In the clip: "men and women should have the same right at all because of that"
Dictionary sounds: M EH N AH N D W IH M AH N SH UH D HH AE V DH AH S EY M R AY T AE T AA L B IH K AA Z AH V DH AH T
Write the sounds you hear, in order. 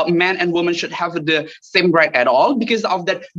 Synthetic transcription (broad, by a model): M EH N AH N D W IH M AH N SH UH D HH AE V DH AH S EY M R AY T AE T AA L B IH K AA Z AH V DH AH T